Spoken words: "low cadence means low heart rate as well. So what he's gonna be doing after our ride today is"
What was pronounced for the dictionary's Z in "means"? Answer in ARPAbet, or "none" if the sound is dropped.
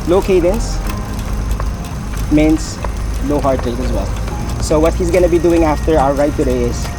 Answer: S